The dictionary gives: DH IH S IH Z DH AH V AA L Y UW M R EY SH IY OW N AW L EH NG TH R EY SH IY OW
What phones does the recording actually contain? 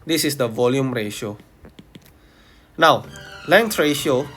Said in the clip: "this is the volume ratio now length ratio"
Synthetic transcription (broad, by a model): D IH S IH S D AH V AA L Y UW M R EY SH IY OW N AW L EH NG T R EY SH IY OW